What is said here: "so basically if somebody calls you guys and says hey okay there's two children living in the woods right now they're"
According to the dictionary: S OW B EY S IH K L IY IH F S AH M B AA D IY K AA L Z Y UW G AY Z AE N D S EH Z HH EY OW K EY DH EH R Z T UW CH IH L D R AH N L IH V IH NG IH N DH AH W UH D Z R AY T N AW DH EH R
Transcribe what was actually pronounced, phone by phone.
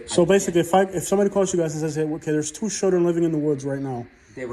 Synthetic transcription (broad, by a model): S OW B EY S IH K L IY IH F S AH M B AA D IY K AA L Z Y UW G AY Z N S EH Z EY OW K EY DH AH R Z T UW SH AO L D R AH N L IH V IH NG IH N DH AH W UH D Z R AY T N AW